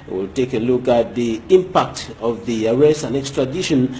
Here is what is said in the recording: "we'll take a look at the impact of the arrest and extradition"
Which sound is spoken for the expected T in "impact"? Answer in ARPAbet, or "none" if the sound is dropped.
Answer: T